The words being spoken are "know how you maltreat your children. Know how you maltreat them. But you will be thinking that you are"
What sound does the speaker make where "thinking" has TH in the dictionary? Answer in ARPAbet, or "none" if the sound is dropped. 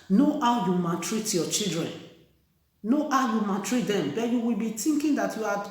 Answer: T